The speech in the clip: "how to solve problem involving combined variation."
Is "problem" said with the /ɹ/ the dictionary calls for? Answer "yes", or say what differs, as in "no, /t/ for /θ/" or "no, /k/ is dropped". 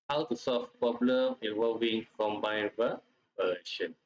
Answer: no, /ɹ/ is dropped